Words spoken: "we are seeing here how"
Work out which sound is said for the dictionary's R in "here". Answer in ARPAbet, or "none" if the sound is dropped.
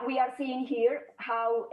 R